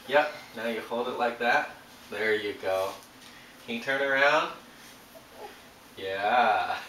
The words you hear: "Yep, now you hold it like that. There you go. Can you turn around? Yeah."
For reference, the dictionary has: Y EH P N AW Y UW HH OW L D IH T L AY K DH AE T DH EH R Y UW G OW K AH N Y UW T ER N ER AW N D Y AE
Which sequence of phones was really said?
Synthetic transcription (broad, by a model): Y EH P N AW Y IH HH OW L D IH T L AY K DH AE T DH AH R Y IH G OW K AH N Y T ER N ER AW N D Y AE